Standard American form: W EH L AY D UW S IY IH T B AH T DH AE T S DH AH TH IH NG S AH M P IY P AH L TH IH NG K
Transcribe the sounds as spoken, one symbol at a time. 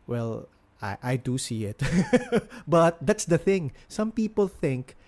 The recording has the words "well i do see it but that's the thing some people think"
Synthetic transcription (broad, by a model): W EH L AY D UW S IY IH T B AH T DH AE T S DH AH TH IH NG S AH M P IY P AH L TH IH NG K